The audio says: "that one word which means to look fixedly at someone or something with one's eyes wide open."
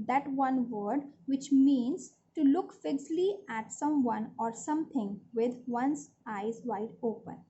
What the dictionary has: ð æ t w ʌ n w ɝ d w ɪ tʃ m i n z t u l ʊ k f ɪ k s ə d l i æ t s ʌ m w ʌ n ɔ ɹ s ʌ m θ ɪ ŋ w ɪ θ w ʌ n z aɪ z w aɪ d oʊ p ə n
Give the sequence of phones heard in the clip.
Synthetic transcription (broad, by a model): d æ t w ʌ n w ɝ d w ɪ tʃ m i n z t u l ʊ k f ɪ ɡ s l i æ t s ʌ m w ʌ n ɔ ɹ s ʌ m t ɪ ŋ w ɪ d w ʌ n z aɪ z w aɪ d oʊ p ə n